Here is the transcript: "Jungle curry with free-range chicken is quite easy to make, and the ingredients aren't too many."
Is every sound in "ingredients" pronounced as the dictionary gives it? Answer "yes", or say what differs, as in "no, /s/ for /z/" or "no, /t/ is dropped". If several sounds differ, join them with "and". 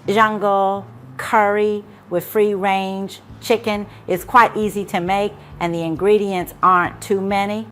yes